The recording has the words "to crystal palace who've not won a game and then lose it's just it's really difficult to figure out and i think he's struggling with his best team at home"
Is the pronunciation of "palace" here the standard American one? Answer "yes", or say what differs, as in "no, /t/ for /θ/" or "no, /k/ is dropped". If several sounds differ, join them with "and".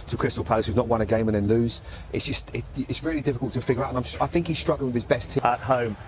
no, /l/ is dropped